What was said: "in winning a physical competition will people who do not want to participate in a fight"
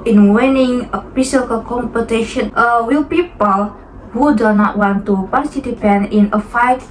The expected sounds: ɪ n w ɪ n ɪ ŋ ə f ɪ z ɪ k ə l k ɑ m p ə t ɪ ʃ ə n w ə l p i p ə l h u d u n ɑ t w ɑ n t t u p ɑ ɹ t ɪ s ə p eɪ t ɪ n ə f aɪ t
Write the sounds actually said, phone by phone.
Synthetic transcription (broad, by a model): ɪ n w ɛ n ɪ ŋ ə p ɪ s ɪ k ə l k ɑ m p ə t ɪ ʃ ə n w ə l p i p ə l h u d u n ɑ t w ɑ n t t u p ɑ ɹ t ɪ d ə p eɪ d ɪ n ə f aɪ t